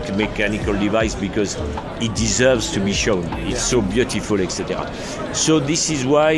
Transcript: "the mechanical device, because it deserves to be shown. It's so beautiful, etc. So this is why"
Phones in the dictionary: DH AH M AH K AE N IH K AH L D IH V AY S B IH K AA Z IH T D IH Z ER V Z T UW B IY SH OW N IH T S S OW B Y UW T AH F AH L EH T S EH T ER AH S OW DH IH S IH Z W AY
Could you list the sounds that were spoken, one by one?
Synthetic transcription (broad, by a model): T M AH K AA N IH K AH L D IH V AY S B IH K AA Z IH T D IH Z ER V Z T UW B IY SH OW N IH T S S OW B Y UW T AH F AH L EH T S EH T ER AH S OW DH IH S IH Z W AY